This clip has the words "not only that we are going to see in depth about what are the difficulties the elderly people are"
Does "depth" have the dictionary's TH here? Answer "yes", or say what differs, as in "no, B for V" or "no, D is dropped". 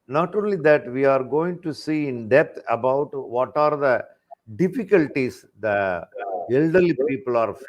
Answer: no, T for TH